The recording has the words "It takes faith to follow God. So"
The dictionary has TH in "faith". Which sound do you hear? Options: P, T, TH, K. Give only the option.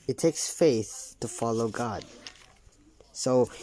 TH